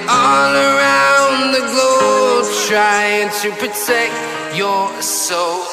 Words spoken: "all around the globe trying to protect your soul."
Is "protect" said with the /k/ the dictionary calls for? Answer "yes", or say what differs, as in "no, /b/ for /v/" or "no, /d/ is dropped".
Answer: yes